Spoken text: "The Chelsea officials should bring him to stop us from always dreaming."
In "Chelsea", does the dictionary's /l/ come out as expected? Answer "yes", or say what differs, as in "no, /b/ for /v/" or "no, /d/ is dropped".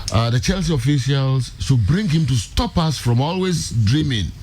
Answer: yes